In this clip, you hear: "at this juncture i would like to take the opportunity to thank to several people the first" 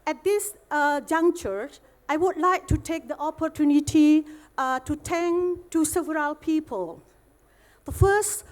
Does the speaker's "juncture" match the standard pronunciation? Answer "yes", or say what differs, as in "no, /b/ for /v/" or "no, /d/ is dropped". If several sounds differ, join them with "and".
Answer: no, /k/ is dropped